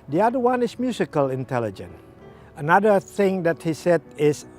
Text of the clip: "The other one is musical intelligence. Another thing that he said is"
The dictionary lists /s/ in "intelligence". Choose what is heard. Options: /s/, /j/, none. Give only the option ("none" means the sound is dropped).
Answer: none